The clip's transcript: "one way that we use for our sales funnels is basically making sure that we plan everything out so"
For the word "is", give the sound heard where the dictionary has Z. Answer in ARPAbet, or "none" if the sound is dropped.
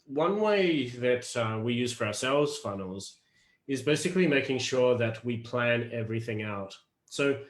Z